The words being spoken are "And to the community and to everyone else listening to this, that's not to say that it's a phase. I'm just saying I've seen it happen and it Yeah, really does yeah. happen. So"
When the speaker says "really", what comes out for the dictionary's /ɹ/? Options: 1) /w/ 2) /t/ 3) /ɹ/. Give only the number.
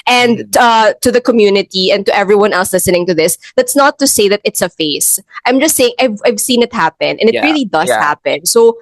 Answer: 3